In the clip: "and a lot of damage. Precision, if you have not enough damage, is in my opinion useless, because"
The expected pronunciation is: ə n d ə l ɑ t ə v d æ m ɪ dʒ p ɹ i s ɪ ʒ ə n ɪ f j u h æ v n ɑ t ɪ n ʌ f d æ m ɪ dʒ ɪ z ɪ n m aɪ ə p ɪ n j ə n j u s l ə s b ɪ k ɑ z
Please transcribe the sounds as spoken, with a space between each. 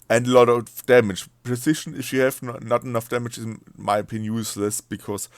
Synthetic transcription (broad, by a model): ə n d ə l ɑ t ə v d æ m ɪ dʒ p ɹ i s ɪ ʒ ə n ɪ f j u h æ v n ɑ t ɪ n ʌ f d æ m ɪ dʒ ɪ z m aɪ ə ɪ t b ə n j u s l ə s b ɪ k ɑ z